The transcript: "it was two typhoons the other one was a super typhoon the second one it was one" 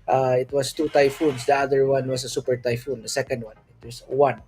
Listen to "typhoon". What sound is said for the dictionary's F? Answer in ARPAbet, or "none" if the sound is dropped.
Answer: F